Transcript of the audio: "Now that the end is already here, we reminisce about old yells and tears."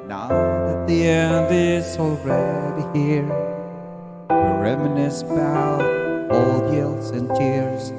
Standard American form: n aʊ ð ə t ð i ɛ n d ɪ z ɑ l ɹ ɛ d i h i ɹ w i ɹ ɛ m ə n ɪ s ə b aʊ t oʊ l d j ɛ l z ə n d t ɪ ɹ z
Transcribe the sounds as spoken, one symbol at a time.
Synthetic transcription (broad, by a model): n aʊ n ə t ð i ɛ n d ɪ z ɑ l ɹ ɛ d i h i ɹ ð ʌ ɹ ɛ m ə n ɪ s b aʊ oʊ l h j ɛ l s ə n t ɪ ɹ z